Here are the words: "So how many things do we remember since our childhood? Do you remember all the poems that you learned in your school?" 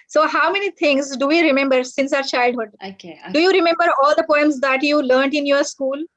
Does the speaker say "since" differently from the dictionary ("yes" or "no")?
no